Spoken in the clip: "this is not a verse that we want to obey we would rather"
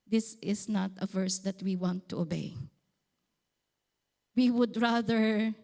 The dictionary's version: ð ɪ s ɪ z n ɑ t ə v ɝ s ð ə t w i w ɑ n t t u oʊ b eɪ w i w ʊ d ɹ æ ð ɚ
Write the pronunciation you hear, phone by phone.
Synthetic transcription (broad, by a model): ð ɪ s ɪ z n ɑ t ə v ɝ s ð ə t w i w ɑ n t t u oʊ b eɪ w i w ʊ d ɹ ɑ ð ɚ